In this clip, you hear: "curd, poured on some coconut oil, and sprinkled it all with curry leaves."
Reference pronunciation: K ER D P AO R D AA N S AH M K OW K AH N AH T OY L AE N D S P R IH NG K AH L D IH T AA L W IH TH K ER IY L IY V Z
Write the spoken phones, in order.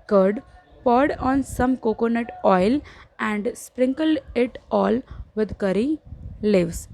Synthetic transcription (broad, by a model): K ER D P AO R D AA N S AH M K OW K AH N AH T OY L AE N D S P R IH NG K AH L D IH T AA L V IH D K ER IY L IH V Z